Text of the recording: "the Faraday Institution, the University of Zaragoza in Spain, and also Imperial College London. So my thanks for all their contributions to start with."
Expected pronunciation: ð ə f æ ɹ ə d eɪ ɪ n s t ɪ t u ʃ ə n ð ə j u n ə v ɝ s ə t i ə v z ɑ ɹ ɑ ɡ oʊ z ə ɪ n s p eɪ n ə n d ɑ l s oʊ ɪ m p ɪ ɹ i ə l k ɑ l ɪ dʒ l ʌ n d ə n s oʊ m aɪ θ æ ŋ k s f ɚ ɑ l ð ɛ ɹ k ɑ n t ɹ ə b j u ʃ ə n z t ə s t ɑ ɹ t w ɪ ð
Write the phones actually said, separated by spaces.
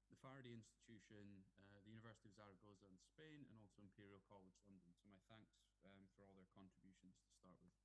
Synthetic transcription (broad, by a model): ð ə f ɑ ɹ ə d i ɪ n s t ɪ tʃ u ʃ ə n ð ə j u n ə v ɝ s ə t i ə v z ɑ ɹ ɑ ɡ oʊ z ə ɪ n s p eɪ n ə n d ɑ l s oʊ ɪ m p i ɹ i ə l k ɑ l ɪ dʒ l ʌ n d ə n s oʊ m aɪ θ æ ŋ k s f ɚ ɑ l ð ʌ ɹ k ɑ n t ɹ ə b j u ʃ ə n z t ə s t ɑ ɹ t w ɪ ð